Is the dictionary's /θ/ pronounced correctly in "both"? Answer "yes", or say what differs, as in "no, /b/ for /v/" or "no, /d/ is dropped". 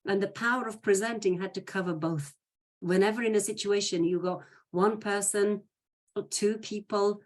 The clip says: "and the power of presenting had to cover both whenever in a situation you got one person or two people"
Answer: yes